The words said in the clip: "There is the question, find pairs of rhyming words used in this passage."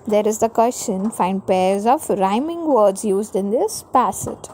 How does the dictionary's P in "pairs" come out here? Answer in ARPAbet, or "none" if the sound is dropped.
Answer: P